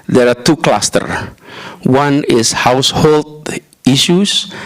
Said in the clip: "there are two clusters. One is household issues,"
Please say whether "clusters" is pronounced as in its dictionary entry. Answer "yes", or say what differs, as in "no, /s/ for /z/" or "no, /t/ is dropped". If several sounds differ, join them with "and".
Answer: no, /z/ is dropped